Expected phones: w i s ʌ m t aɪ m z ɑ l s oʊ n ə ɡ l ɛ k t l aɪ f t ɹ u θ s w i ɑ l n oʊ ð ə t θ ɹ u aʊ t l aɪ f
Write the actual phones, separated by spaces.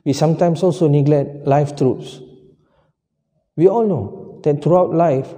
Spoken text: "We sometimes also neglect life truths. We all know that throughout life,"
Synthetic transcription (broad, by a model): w i s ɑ m t aɪ m s ɑ l s oʊ n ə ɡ l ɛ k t l aɪ f t ɹ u t s w i ɑ l n oʊ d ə t t ɹ u aʊ t l aɪ f